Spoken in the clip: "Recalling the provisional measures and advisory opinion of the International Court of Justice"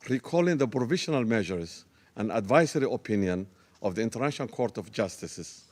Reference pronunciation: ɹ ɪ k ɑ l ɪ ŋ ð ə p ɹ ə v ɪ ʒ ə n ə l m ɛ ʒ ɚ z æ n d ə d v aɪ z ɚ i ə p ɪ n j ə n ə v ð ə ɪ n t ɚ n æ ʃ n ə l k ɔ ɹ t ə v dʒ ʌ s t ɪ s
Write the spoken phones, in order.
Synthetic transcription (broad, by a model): ɹ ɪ k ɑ l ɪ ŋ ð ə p ɹ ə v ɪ ʃ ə n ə l m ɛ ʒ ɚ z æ n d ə d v aɪ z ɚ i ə p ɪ n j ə n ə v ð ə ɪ n t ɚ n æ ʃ ə n k ɔ ɹ t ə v dʒ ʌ s t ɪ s